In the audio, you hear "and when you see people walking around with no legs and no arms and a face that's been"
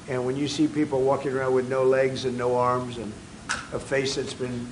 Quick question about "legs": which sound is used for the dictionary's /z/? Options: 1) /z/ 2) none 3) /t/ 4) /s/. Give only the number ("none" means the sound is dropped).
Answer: 1